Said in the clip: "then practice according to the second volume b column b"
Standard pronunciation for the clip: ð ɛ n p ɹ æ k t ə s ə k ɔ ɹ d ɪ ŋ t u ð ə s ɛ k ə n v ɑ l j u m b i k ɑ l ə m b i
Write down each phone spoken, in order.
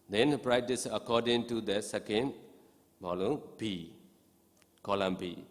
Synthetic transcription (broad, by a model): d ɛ n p ɹ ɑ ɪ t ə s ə k ɔ d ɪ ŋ t u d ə s ɛ k ə n b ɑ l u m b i k ɑ l ə m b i